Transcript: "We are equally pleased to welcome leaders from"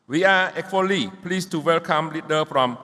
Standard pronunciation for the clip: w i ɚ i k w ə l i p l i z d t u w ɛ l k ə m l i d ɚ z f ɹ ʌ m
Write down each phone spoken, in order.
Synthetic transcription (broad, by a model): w i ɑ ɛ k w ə l i p l i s t u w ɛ l k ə m l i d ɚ f ɹ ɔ m